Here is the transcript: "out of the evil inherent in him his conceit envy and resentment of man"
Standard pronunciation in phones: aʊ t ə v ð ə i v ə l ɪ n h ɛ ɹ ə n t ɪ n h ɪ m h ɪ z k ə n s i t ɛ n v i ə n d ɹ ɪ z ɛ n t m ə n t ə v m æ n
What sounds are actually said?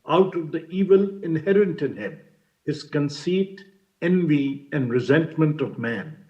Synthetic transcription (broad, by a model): aʊ t ə v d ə i v ə l ɪ n h ɛ ɹ ə n t ɪ n h ɪ m h ɪ z k ə n s i t ɛ n v i ə n d ɹ ɪ z ɛ n t m ə n t ə v m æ n